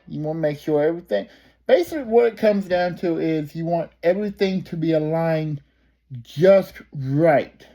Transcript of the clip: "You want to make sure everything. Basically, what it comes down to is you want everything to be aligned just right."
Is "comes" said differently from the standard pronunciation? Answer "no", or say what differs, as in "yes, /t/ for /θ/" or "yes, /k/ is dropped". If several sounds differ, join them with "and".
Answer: no